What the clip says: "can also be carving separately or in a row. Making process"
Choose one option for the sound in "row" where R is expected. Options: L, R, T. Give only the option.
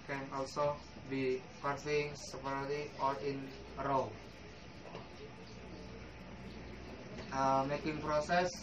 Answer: L